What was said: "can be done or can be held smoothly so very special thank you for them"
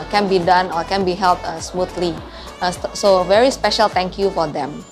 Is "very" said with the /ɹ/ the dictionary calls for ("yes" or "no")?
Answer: yes